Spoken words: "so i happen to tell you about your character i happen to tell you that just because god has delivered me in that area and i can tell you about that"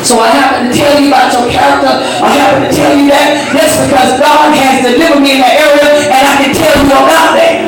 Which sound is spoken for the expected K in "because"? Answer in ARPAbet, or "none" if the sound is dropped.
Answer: K